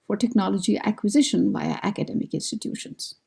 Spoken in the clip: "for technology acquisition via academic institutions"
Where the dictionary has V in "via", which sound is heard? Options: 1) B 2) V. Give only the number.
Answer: 1